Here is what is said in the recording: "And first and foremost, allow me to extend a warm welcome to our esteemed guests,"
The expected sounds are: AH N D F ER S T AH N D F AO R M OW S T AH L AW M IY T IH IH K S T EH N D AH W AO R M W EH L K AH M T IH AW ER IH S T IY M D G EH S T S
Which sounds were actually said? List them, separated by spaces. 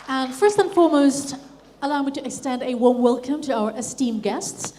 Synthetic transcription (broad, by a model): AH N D F ER S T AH N F AO R M OW S T AH L AW M IY T IH IH K S T EH N D AH W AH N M W EH L K AH M T IH AW ER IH S T IY M G EH S T S